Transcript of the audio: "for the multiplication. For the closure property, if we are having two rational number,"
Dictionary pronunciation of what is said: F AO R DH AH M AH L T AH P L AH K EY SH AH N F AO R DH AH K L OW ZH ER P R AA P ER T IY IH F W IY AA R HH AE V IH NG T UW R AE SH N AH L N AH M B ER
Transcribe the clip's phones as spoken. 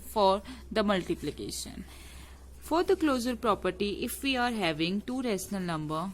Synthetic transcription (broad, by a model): F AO R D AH M AH L T AH P L AH K EY SH AH N F AO R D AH K L OW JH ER P R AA P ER T IY IH F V IY AA R HH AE V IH NG T UW R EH S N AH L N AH M B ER